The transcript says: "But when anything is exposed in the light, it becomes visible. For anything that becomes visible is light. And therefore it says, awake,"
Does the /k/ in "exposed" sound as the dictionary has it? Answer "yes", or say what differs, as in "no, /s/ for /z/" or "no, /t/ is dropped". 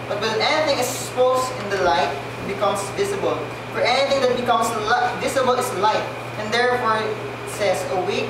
no, /k/ is dropped